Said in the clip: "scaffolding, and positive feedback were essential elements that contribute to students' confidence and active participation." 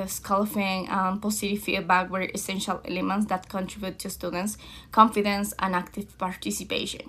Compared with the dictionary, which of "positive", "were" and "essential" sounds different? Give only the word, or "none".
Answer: positive